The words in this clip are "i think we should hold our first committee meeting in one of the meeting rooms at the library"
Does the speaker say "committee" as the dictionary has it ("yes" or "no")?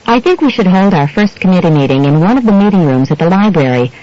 yes